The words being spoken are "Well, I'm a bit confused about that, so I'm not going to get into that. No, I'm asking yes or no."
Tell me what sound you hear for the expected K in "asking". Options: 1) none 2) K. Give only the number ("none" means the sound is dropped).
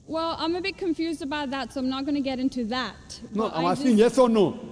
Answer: 1